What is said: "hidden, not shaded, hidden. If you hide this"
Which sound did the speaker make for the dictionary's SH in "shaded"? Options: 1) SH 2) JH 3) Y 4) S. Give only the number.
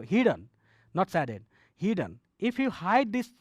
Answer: 4